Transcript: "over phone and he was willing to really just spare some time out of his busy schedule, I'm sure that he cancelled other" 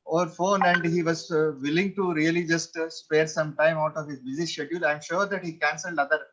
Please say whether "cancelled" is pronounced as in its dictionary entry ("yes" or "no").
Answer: yes